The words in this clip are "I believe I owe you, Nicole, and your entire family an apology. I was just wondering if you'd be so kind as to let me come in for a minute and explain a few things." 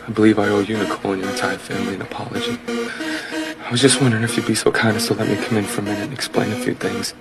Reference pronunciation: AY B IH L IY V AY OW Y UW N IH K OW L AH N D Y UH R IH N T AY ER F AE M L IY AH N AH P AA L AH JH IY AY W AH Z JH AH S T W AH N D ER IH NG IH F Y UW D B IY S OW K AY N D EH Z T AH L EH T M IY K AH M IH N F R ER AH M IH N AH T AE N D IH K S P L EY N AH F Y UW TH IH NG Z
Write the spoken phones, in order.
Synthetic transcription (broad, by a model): AY B IH L IY V AY OW Y UW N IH K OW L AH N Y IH T AY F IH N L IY AH N AH P AA L AH JH IY AY W AH Z JH AH S T W AH N D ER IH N IH F Y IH B IY S OW K AY N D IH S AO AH L EH T M IY K AH M IH N F R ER AH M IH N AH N IH K S P L EY N AH F Y UW TH IH NG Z